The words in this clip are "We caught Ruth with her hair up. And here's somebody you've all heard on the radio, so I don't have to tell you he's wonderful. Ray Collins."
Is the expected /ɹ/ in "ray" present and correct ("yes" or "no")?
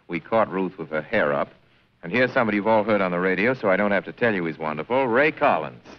yes